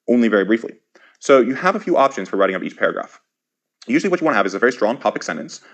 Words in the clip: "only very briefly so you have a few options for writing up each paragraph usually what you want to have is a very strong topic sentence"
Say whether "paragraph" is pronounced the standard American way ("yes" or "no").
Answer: yes